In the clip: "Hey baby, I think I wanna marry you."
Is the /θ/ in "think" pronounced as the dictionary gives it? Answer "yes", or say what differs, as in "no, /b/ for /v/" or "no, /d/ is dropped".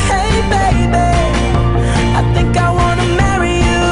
yes